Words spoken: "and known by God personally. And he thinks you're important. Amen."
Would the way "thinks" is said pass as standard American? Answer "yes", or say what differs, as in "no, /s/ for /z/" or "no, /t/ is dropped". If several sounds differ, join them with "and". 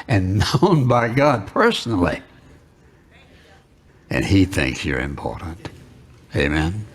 yes